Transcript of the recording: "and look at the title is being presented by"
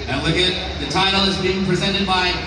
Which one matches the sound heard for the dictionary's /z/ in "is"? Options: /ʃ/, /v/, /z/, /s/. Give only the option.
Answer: /z/